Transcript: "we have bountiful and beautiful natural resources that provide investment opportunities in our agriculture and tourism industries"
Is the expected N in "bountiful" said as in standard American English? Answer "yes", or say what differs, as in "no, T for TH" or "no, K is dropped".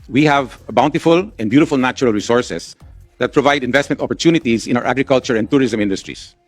yes